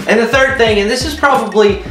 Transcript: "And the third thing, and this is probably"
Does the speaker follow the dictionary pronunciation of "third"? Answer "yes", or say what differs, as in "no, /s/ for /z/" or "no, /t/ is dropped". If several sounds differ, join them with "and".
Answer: yes